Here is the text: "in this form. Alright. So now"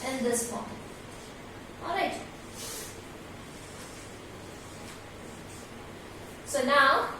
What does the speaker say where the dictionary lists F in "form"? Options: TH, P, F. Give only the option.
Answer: P